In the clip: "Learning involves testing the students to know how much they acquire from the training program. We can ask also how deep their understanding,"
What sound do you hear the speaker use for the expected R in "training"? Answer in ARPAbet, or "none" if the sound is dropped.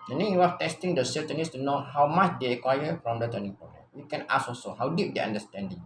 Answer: none